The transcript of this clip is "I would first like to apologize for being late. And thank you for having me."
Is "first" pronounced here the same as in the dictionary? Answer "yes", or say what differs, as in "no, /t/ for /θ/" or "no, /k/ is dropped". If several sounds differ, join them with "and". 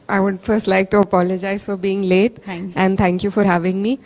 yes